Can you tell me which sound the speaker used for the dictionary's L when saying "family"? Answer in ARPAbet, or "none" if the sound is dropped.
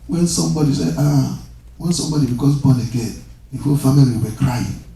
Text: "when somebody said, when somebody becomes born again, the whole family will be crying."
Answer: none